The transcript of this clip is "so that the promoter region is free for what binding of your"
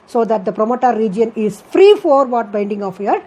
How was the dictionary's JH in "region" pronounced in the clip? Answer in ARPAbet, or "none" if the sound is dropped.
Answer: JH